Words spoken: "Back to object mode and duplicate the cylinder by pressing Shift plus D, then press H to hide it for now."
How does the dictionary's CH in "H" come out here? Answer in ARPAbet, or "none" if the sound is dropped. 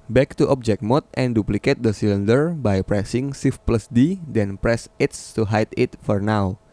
S